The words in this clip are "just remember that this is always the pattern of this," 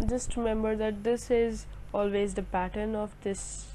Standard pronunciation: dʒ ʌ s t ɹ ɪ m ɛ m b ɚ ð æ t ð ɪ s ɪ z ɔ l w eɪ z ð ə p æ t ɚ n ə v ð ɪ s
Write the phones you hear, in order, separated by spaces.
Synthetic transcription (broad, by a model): dʒ ʌ s t ɹ ɪ m ɛ m b ɚ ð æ t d ɪ s ɪ z ɔ l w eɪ z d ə p æ t ɚ n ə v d ɪ s